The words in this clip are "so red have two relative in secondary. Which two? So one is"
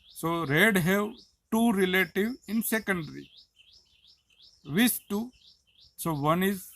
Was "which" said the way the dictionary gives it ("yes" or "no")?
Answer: no